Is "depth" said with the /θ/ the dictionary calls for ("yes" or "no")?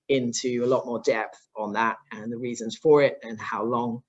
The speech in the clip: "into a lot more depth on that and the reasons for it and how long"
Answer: yes